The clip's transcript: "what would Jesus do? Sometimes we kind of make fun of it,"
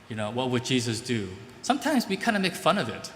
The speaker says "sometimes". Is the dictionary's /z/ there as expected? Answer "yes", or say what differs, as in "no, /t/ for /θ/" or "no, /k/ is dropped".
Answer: yes